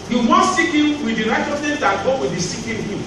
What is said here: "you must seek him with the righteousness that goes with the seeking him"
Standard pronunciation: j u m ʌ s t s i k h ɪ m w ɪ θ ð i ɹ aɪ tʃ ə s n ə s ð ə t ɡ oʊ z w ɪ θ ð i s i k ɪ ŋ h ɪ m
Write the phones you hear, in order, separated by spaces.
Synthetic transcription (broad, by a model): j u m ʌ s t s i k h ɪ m w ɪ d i ɹ aɪ tʃ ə s n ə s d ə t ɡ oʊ w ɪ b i s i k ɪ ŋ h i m